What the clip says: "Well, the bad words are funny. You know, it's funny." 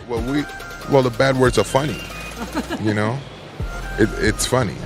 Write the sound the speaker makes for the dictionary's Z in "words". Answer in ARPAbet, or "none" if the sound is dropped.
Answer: Z